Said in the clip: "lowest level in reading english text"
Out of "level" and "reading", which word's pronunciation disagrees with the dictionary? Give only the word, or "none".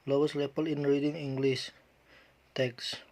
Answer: level